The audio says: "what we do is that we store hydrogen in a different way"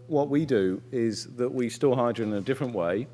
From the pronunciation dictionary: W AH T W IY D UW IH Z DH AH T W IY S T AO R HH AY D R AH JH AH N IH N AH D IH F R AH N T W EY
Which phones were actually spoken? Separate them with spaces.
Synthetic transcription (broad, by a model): W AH T W IY D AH IH Z DH AH T W IY S T AO HH AY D AH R IH N AH D IH F R AH N T W EY